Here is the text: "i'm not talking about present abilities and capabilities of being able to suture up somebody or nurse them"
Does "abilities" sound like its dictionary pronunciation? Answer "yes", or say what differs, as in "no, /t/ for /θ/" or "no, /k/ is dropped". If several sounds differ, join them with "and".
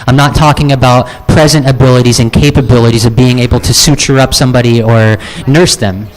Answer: yes